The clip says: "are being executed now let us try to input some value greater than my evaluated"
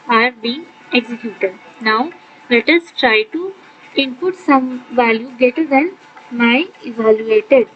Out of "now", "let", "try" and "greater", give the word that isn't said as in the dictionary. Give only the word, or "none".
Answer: greater